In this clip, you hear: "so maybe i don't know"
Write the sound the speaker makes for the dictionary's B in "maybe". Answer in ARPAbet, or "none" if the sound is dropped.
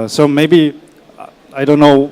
B